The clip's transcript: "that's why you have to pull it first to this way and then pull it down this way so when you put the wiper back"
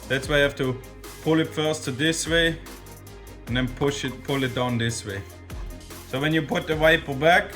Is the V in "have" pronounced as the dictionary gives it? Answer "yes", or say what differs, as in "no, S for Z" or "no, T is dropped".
no, F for V